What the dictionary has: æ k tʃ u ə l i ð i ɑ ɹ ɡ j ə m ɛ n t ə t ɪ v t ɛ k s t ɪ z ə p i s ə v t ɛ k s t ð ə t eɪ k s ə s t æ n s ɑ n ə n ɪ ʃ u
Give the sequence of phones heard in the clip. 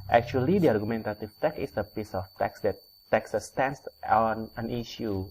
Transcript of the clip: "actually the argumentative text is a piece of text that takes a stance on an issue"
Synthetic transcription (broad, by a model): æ k tʃ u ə l i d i ɑ ɹ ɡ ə m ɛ n t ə t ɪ f t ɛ k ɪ s ə p i s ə f t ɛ k s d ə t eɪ k s ə s t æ n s ɑ n ə n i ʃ u